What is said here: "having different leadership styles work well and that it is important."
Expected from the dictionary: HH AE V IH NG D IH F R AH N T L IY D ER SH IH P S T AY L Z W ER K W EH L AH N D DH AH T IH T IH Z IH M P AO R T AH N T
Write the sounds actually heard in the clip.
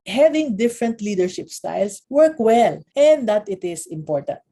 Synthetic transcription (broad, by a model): HH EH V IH NG D IH F R AH N T L IY D ER SH IH P S T AY L S W ER K W EH L AH N D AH T IH T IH S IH M P AO R T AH N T